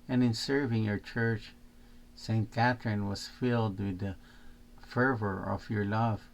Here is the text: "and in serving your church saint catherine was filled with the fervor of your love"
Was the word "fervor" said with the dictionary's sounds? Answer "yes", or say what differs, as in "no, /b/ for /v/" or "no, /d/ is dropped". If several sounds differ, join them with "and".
yes